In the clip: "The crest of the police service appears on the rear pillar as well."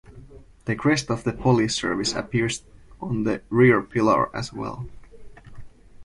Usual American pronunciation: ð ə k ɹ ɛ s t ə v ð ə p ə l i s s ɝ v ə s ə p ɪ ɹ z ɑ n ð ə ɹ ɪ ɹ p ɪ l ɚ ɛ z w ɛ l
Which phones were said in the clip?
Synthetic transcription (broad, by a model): ð ə k ɹ ɛ s t ə v ð ə p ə l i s s ɝ v ə s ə p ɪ ɹ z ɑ n ð ə ɹ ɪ ɹ p ɪ l ɚ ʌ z w ɛ l